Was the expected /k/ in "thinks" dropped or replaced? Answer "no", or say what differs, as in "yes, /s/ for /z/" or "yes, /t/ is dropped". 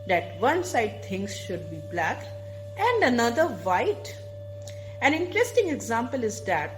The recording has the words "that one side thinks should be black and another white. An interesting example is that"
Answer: yes, /k/ is dropped